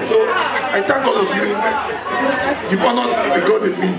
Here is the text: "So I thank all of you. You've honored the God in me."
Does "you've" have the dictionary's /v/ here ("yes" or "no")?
no